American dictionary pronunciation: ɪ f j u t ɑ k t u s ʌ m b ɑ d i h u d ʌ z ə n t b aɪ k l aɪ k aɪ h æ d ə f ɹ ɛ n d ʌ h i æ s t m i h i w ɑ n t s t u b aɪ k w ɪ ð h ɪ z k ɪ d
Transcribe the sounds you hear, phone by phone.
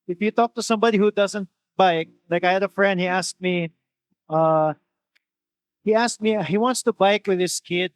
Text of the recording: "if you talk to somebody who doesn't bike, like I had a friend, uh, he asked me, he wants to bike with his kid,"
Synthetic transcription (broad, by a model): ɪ f j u t ɑ k t u s ʌ m b ɑ d i h u d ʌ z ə n t b aɪ k l aɪ k aɪ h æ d ə f ɹ ɛ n d ʌ h i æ s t m i h i w ɑ n t s t u b aɪ k w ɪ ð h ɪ s k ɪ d